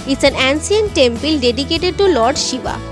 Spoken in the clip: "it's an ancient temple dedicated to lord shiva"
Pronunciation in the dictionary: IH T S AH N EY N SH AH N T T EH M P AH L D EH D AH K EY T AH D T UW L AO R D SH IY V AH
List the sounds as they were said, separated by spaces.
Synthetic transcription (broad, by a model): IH T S AH N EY N S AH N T T EH M P AH L D EH D AH K EY T AH D T UW L AO R D SH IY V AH